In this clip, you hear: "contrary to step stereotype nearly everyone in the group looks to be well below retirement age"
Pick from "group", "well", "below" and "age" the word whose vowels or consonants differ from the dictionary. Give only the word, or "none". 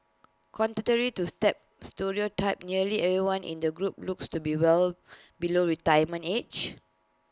age